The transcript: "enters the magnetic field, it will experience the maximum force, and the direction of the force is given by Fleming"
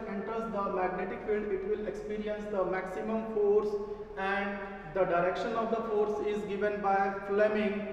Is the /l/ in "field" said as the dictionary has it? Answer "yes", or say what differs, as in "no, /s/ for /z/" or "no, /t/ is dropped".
yes